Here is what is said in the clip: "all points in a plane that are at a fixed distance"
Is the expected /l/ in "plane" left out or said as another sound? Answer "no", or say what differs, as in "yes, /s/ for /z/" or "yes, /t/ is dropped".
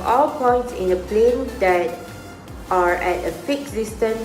no